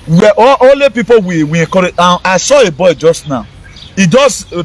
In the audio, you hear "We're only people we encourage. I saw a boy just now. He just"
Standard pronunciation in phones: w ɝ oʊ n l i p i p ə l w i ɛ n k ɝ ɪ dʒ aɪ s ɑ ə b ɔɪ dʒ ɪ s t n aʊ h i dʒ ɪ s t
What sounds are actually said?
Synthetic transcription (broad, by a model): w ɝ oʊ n l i p i p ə w w i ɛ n k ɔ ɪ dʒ aɪ s ɑ ə b ɔɪ dʒ ɪ s t n aʊ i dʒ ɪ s